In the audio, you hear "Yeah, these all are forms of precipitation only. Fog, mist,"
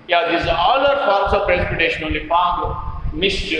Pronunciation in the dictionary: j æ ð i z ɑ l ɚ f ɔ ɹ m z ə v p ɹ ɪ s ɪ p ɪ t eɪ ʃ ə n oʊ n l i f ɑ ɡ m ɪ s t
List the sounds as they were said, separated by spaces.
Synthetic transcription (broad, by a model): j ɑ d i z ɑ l ɚ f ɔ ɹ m s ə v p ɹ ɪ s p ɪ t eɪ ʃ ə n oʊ l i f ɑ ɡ m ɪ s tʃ